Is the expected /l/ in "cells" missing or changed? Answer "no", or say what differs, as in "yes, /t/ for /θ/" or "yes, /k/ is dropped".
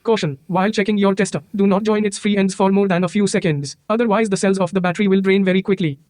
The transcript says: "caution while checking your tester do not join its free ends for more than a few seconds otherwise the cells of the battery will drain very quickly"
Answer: no